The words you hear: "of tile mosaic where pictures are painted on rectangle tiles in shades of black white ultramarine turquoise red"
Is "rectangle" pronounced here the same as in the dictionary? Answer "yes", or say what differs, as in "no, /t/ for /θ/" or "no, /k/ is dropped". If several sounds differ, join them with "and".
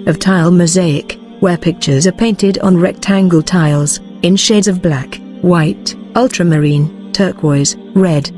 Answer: yes